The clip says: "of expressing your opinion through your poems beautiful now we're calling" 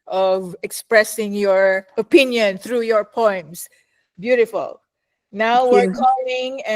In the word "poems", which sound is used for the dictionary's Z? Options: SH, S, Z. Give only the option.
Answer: S